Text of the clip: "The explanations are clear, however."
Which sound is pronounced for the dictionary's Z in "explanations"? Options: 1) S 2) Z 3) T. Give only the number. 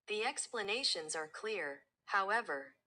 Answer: 2